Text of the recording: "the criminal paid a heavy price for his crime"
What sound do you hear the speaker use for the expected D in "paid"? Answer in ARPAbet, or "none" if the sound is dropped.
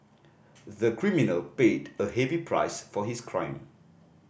D